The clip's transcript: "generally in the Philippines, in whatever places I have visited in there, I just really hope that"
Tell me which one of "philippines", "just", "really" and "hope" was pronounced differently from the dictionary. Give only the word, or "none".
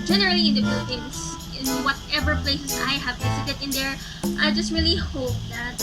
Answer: philippines